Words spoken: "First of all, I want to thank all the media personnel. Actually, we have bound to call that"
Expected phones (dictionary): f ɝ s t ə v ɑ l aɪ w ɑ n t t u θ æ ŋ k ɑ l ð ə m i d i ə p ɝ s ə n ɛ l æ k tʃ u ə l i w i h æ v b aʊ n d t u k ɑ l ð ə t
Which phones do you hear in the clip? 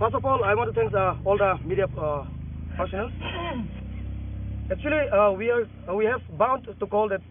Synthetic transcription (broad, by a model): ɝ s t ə p ɑ l aɪ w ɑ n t t u t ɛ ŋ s ɑ l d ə m i d i ə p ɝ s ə n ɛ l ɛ k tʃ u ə l i w i h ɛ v b aʊ n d t u k ɑ l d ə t